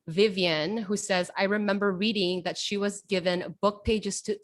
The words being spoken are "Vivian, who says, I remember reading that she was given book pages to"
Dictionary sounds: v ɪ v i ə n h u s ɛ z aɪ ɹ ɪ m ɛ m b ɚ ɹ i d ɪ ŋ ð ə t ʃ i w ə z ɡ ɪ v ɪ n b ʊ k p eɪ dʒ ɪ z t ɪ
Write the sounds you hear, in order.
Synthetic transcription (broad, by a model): v ɪ v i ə n h u s ɛ z aɪ ɹ ɪ m ɛ m b ɚ ɹ i d ɪ ŋ ð ə t ʃ i w ə z ɡ ɪ v ɪ n b ʊ k p eɪ dʒ ɪ z t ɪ